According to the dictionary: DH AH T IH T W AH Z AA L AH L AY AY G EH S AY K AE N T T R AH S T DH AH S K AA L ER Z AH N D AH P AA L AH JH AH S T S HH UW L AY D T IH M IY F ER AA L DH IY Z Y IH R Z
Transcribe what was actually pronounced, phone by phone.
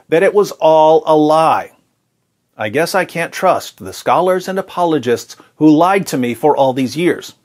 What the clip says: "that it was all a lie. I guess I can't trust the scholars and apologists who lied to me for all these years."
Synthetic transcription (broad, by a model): DH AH T IH T W AH Z AA L AH L AY AY G EH S AY K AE N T T R AH S T DH AH S K AA L ER Z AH N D AH P AA L AH JH AH S T S HH UW L AY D T IH M IY F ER AA L DH IY Z Y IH R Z